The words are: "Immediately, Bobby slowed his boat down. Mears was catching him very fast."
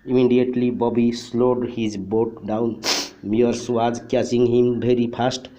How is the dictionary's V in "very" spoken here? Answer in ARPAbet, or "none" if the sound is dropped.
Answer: B